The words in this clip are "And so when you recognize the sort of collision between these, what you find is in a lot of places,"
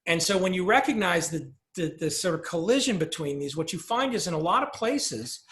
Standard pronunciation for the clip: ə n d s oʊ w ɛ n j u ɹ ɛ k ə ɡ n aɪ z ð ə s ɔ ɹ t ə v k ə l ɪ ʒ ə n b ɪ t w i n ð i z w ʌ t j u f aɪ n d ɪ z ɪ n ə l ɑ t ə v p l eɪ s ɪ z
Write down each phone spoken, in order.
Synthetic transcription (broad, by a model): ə n s oʊ w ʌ n j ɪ ɹ ɛ k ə ɡ n aɪ z ð ə s ɔ ɹ t ə v k ə l ɪ ʒ ə n b ɪ t w i n ð i z w ʌ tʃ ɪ f aɪ n d ɪ z ɪ n ə l ɑ t ə v p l eɪ s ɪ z